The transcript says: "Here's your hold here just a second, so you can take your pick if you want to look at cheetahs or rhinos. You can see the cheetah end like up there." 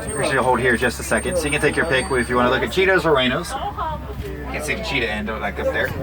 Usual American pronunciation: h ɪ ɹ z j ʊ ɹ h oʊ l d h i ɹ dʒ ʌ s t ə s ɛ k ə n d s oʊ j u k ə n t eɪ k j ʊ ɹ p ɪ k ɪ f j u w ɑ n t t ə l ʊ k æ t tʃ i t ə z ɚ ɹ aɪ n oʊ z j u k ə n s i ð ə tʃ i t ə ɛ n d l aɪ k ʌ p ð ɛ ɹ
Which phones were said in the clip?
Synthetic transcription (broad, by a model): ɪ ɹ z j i h oʊ l d h i ɹ dʒ ʌ s t ə s ɛ k ə n d s oʊ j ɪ k ə n t eɪ k j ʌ ɹ p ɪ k ɪ f j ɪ w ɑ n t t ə l ʊ k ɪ t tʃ i t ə z ɚ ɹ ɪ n oʊ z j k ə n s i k tʃ i t ə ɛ n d l aɪ k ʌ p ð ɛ ɹ